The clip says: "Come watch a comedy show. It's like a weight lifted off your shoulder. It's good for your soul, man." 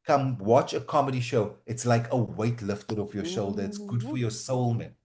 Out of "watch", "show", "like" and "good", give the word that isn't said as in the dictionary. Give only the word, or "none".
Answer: none